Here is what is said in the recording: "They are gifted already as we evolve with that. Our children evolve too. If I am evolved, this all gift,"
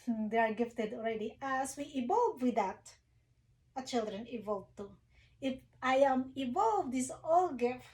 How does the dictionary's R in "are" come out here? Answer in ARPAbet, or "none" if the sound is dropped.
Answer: R